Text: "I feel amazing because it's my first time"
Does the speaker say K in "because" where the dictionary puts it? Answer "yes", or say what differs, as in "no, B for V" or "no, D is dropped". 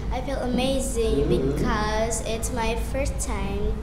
yes